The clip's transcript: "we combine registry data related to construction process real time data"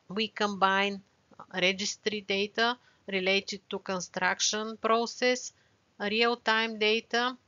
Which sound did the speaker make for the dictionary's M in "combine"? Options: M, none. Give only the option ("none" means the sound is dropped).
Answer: M